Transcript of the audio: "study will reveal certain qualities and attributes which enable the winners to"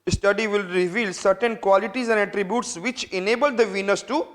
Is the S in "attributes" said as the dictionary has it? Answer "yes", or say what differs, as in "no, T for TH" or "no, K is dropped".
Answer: yes